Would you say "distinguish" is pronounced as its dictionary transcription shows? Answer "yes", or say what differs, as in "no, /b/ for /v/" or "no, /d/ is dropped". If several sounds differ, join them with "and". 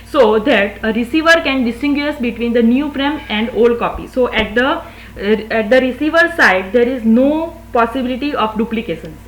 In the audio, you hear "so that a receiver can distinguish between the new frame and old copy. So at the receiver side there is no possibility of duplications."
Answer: no, /s/ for /ʃ/